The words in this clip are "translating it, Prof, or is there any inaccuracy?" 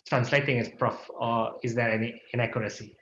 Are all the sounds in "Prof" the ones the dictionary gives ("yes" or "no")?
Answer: yes